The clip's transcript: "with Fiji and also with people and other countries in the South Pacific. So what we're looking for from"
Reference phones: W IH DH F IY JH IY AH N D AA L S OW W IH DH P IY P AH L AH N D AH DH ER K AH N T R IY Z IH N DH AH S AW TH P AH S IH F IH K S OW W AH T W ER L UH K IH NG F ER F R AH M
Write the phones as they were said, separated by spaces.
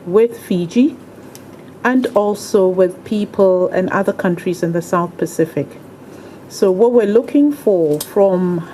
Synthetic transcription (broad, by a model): W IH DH F IY JH IY AH N D AA L S OW W IH DH P IY P AH L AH N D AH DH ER K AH N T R IY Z IH N DH AH S AW TH P AH S IH F IH K S OW W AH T W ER L UH K IH NG F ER F R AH M